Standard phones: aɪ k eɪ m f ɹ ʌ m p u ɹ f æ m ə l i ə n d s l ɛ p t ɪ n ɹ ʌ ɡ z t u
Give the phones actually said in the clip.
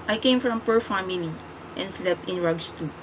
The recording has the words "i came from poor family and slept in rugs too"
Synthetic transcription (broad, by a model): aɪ k eɪ m f ɹ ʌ m p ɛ ɹ f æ m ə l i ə n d s l ɛ p t ɪ n ɹ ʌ ɡ s t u